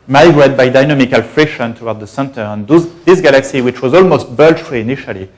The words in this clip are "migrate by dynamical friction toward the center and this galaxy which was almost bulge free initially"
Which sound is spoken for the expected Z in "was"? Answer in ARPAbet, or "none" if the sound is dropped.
Z